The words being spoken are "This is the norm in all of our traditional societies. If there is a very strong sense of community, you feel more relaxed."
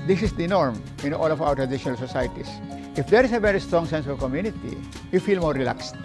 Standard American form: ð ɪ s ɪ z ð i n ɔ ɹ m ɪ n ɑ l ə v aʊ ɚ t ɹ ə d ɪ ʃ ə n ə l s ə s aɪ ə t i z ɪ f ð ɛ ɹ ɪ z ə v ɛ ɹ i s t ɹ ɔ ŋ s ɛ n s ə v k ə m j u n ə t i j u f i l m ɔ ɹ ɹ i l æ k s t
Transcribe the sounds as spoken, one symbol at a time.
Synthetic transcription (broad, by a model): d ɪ s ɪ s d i n ɔ ɹ m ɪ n ɑ l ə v aʊ ɚ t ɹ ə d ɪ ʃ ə n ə l s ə s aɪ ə t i s ɪ f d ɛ ɹ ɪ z ə v ɛ ɹ i s t ɹ ɔ ŋ s ɛ n s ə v k ə m j u n ə t i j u f i l m ɔ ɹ ɹ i l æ k s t